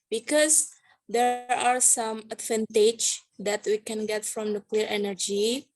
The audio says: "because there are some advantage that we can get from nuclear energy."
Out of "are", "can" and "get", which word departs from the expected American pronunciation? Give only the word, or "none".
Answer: none